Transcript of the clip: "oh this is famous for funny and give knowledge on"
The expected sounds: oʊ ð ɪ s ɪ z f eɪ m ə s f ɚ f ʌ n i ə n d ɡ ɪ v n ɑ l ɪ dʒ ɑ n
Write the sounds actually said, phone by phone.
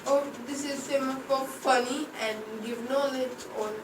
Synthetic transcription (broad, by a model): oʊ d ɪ s ɪ z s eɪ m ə f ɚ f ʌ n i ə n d ɡ ɪ v n ɑ l ɪ dʒ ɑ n